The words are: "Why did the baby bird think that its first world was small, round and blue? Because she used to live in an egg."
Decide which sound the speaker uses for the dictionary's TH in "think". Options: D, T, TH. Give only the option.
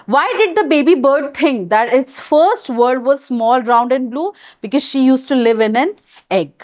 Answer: T